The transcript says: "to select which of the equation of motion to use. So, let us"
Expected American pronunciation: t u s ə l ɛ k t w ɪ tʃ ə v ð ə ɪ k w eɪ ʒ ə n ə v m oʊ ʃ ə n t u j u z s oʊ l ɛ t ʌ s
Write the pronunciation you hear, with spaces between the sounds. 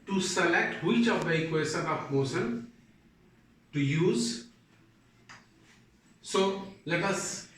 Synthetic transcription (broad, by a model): t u s ə l ɛ k t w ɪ tʃ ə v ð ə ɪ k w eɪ s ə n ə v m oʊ s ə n t u j u z s oʊ l ɛ t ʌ s